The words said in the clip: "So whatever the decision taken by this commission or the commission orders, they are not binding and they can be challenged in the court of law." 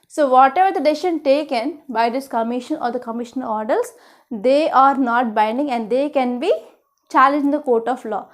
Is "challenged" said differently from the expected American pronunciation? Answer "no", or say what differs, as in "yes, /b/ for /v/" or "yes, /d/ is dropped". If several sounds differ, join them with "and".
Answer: yes, /d/ is dropped